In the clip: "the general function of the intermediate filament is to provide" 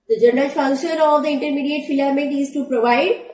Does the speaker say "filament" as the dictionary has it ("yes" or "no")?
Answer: no